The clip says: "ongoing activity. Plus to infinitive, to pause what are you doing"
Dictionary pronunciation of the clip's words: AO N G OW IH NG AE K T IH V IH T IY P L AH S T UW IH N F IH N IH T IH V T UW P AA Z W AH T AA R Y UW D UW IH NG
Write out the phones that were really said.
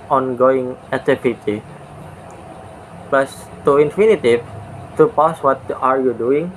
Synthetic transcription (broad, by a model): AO N G OW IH NG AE T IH F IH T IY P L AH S T UW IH N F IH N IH T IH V T UW P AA S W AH T AA R Y UW D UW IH NG